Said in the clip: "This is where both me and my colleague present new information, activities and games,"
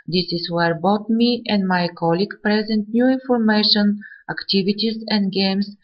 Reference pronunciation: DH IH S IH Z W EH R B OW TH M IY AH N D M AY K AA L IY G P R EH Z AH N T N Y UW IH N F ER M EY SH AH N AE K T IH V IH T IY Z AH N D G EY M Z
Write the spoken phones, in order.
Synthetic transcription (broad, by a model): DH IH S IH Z W EH R B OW T M IY AH N D M AY K AA L IY G P R EH Z AH N T N Y UW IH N F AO M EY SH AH N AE K T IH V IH T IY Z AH N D G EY M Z